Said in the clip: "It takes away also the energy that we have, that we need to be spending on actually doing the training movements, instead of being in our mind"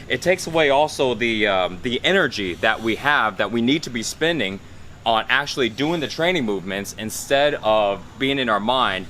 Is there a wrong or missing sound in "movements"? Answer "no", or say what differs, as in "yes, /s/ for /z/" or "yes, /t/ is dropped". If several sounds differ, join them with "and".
no